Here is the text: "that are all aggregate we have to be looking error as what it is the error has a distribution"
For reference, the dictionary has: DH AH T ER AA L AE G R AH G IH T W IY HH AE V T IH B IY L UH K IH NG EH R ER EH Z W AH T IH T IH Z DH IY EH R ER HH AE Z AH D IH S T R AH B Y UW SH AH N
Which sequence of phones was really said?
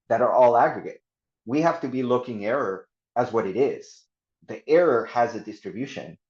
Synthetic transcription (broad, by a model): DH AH T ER AA L AE G R AH G IH T W IY HH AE F T IH B IY L UH K IH NG EH R ER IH Z W AH T IH T IH Z DH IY EH R ER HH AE Z AH D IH S T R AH B Y UW SH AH N